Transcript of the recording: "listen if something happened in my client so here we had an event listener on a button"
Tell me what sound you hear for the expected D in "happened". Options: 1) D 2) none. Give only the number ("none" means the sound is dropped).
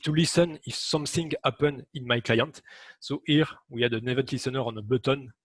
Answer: 2